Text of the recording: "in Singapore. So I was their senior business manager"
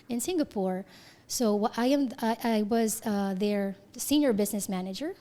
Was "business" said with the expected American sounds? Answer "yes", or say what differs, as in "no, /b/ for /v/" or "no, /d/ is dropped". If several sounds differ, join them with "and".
yes